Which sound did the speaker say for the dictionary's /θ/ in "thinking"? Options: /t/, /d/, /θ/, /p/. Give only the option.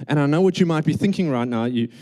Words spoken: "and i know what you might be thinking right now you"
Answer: /θ/